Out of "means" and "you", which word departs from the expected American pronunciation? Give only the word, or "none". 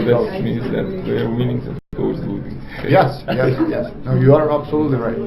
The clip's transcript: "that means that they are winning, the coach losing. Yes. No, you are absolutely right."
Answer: means